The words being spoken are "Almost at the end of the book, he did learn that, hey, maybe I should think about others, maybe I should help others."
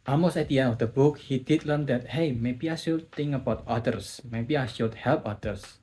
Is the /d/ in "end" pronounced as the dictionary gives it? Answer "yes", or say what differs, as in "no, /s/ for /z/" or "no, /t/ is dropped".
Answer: no, /d/ is dropped